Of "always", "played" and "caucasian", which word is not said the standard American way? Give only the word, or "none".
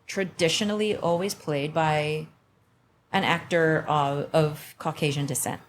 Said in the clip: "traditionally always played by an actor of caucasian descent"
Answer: none